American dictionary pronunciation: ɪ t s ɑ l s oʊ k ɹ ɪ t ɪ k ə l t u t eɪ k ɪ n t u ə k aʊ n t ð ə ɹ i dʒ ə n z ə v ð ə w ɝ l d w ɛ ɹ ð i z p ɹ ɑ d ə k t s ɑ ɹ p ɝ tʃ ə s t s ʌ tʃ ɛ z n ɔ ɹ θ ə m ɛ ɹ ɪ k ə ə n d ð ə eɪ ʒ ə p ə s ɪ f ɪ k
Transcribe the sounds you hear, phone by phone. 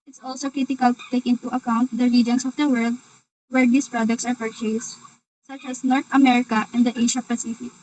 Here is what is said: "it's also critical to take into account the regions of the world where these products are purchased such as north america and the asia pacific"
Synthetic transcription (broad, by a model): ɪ t s ɑ l s oʊ k ɹ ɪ t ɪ k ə l t u t eɪ k ɪ n t u ə k aʊ n t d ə ɹ i dʒ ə n s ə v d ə w ɝ l d w ɛ ɹ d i s p ɹ ɑ d ə k t s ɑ ɹ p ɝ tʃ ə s s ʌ tʃ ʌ s n ɔ ɹ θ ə m ɛ ɹ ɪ k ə ə n d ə eɪ ʃ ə p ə s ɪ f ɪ k